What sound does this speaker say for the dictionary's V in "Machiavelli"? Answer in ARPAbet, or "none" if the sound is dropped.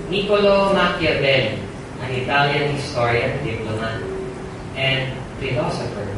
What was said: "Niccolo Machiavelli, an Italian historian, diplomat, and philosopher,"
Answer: B